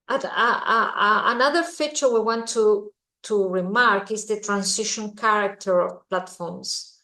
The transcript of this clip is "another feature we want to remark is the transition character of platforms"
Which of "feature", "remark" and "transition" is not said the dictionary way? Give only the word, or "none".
transition